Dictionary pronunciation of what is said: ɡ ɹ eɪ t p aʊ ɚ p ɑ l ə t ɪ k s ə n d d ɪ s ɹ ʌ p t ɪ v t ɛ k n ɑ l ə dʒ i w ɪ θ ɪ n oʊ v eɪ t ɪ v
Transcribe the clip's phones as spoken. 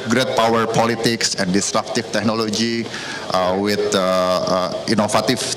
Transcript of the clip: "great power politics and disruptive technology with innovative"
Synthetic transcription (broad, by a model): ɡ ɹ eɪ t p aʊ ɚ p ɑ l ə t ɪ k s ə n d d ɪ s ɹ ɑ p t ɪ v t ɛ k n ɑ l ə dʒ i w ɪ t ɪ n oʊ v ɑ t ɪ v